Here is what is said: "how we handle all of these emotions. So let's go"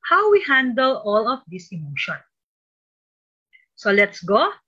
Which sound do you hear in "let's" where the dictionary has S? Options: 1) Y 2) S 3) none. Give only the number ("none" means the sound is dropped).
2